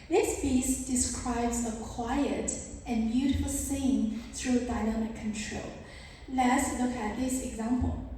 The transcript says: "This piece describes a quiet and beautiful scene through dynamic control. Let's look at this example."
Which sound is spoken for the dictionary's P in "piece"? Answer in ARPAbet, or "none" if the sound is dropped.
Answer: B